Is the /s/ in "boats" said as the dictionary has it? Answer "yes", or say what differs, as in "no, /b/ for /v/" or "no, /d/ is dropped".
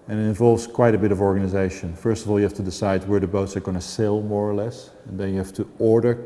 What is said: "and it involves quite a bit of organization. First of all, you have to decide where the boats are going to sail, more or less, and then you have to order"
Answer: yes